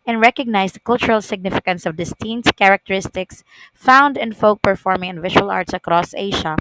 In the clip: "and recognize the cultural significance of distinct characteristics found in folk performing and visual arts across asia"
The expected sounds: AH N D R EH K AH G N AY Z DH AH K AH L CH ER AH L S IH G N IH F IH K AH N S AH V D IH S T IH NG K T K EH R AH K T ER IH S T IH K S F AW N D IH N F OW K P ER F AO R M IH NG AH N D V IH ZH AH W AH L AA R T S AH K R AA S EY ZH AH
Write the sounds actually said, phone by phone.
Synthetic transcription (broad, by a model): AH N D R EH K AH G N AY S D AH K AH L CH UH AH L S IH G N IH F IH K AH N S AH V D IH S T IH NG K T K EH R AH K T ER IH S T IH K S F AW N D IH N F OW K P ER F AO R M IH NG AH N V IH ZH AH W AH L AA R T S AH K R AA S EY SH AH